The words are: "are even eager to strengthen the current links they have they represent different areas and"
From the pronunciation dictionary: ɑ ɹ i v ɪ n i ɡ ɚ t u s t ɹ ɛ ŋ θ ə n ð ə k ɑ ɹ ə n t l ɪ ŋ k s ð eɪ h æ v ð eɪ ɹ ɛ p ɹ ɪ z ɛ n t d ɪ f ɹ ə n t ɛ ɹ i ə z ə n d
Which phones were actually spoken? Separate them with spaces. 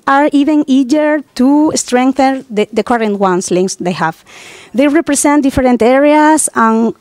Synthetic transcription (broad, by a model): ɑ ɹ i v ɪ n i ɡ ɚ t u s t ɹ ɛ ŋ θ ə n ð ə k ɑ ɹ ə n t l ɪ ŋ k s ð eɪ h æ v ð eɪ ɹ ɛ p ɹ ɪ s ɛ n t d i f ɹ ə n t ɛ ɹ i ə s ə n